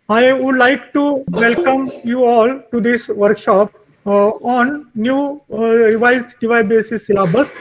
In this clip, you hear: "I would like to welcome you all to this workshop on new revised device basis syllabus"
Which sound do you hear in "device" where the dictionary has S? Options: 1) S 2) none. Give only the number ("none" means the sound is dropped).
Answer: 2